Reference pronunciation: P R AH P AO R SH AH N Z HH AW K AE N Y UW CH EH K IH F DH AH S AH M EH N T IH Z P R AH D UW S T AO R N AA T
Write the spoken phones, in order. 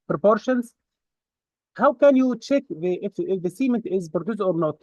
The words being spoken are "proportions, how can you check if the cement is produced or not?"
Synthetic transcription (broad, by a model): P R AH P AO R SH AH N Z HH AW K AE N Y UW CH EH K IH F DH AH S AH M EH N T IH Z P R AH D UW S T AO R N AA T